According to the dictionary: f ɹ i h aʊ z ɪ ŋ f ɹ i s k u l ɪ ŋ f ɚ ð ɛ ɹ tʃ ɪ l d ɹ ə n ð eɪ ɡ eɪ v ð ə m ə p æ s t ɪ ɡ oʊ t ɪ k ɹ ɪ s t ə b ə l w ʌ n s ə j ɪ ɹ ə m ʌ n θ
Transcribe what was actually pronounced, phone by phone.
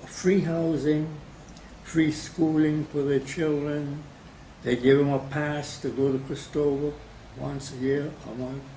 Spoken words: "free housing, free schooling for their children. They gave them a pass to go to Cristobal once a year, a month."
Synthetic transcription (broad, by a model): f ɹ i h aʊ z ɪ ŋ f ɹ i s k u l ɪ ŋ f ɚ ð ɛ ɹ tʃ ɪ l d ɹ ə n ð eɪ ɡ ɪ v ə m ə p æ s t ɪ ɡ oʊ t ɪ k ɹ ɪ s t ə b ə w ʌ n s ə j ɪ ɹ ə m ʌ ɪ